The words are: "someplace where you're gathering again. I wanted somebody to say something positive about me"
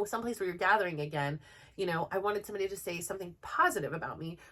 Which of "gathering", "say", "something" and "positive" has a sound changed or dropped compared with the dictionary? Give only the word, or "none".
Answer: none